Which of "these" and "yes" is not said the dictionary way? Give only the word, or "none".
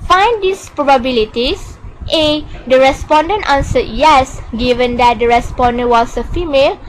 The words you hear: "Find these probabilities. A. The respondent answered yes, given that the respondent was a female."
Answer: these